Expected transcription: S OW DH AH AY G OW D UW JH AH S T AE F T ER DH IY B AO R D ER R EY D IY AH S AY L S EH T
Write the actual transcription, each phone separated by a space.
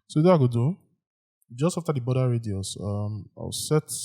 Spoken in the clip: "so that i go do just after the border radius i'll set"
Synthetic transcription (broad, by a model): S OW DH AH AY G OW D UW JH AH S T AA F T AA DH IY B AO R D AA R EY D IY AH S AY W S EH T